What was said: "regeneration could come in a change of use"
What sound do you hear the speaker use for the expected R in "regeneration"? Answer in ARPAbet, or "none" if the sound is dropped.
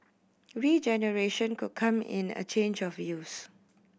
R